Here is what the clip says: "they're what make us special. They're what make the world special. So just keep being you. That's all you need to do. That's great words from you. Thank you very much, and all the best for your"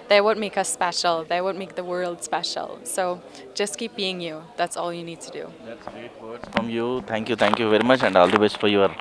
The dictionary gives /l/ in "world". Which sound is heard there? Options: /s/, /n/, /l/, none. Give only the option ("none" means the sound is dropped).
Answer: /l/